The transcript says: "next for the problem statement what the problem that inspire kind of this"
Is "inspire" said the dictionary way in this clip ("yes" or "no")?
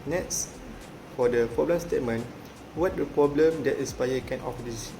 no